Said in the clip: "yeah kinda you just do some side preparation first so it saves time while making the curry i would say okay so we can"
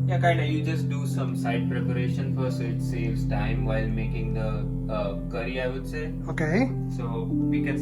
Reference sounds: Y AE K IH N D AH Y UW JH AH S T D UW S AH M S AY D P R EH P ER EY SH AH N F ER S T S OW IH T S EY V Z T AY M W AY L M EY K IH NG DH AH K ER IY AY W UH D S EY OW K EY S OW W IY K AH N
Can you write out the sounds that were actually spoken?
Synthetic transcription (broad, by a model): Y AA K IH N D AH Y UW JH AH S T D UW S AH M S AY D P R EH P ER EY SH AH N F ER T S OW IH T S EY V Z T AY M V AY L M EY K IH NG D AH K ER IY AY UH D S EY OW K EY S OW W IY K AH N